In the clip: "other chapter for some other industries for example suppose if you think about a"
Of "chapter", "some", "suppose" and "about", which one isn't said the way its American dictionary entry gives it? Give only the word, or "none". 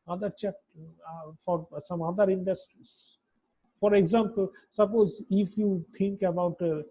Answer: chapter